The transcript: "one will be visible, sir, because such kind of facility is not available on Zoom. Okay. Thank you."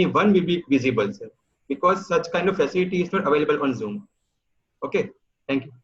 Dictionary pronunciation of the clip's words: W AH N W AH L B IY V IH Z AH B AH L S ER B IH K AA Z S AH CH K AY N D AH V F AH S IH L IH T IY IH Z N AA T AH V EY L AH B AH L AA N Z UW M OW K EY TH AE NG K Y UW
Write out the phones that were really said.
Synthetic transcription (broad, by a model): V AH N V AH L B IY V IH Z AH B AH L S ER B IH K AA Z S AH CH K AY N D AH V F AH S IH L IH T IY IH Z N AA T AH V EY L AH B AH L AA N Z UW M OW K EY T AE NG K Y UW